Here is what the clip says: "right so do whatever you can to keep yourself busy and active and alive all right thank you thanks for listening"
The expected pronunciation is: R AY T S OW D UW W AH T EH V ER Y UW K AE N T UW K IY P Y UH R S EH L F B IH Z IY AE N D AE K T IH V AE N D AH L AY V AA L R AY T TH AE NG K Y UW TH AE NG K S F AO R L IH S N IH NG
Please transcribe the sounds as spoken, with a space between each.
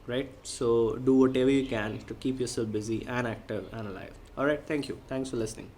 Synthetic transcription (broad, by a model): R AY T S OW D UW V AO T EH V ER Y UW K AE N T UW K IY P Y UH R S EH L F B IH Z IY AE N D AE K T IH V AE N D AH L AY V AA L R AY T T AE NG K Y UW T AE NG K S F AO R L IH S N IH NG